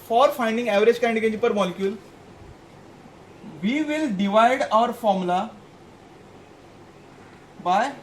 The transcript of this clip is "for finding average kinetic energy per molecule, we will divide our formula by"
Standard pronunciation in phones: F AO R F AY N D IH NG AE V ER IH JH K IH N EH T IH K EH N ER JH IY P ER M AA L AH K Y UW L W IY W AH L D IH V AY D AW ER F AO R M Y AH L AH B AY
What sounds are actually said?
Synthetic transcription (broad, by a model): F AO R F AY N D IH NG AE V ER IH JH K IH IH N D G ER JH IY P ER M AA L AH K Y UW L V IY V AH L D IH V AY D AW ER F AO R M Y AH L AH B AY